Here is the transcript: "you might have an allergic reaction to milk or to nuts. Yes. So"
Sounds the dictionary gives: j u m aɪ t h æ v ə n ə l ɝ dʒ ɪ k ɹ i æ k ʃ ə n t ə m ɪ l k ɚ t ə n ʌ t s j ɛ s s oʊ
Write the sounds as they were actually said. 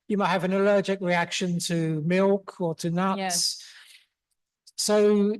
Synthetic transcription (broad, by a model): j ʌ m aɪ t h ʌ v ə n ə l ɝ dʒ ɪ k ɹ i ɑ k ʃ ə n t ə m ɪ l k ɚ t ə n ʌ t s s s oʊ